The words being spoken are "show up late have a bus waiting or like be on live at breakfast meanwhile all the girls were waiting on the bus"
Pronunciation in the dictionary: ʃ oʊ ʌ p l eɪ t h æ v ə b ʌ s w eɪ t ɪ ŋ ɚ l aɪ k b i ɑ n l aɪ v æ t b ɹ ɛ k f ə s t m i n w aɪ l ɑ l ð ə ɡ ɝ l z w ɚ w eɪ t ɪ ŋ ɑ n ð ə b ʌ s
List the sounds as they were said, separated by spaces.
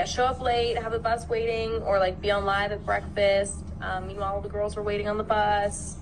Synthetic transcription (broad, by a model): ʃ oʊ ʌ p l eɪ t h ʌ v ə b ʌ s w eɪ t ɪ ŋ ɚ l aɪ k b i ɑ n l aɪ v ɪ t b ɹ ɛ k f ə s t m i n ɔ l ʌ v ð ə ɡ ɝ l z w ɚ w eɪ t ɪ ŋ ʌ n ð ə b ʌ s